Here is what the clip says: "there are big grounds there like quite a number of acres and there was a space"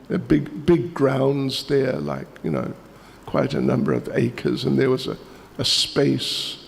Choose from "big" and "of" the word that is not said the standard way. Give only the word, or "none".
none